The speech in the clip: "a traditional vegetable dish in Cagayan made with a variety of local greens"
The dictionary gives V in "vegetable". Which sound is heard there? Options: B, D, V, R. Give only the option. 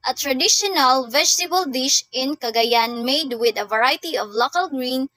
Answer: V